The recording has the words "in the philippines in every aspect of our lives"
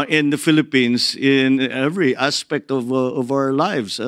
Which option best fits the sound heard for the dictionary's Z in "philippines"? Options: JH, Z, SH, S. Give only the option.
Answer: S